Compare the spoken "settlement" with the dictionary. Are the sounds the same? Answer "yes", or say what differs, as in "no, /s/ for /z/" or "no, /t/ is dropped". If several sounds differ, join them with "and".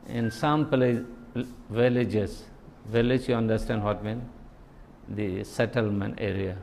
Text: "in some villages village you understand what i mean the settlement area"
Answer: yes